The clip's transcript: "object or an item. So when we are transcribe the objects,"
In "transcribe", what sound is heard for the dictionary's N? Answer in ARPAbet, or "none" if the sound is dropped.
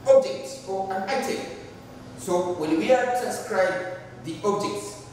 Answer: none